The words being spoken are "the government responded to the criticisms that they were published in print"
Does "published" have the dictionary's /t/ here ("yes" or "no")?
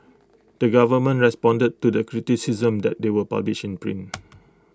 no